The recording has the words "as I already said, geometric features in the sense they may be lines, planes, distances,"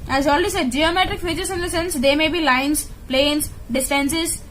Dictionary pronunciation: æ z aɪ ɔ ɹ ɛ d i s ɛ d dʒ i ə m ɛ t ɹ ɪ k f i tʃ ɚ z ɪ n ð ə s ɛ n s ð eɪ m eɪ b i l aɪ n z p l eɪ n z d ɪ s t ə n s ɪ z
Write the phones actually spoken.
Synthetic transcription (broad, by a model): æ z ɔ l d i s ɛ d dʒ i ə m ɛ t ɹ ɪ k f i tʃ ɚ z ɪ n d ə s ɛ n s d eɪ m eɪ b i l aɪ n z p l eɪ n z d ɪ s t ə n s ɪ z